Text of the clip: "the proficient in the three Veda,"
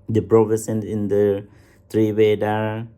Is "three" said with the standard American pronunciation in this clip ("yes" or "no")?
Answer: no